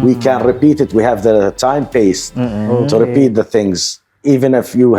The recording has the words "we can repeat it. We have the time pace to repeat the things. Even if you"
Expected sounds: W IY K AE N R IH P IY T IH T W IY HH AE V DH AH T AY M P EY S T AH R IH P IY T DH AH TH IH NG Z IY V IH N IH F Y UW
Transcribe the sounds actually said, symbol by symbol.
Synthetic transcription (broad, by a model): W IY K AE N R IH P IY T IH T W IY HH AE V DH AH T AY M P EY S T AH R IH P IY T DH AH TH IH NG Z IY V IH N IH F Y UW